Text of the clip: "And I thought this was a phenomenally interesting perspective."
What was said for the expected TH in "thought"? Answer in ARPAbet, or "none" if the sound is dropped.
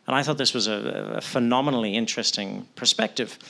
TH